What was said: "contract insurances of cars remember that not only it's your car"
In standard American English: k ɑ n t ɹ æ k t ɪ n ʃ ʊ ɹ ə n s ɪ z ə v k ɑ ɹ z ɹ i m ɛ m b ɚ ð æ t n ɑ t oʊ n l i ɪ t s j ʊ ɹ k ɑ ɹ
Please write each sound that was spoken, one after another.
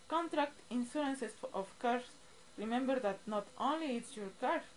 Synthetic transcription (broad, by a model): k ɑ n t ɹ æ k t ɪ n s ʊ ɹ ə n s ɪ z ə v k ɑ ɹ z ɹ i m ɛ m b ɚ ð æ t n ɑ t oʊ n l i ɪ t s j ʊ ɹ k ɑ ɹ